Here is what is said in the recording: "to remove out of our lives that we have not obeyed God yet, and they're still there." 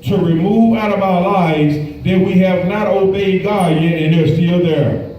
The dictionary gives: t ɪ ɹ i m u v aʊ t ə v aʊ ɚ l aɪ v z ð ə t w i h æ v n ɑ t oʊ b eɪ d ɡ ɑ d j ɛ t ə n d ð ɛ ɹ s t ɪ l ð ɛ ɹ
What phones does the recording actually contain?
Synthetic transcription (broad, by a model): t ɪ ɹ i m u v aʊ t ə v aʊ ɚ l aɪ v z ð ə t w i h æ v n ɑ t oʊ b eɪ d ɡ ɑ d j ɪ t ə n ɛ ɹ s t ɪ l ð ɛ ɹ